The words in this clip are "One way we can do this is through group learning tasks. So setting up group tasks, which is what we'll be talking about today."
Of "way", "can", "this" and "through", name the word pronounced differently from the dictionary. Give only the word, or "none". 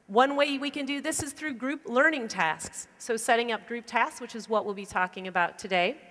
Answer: none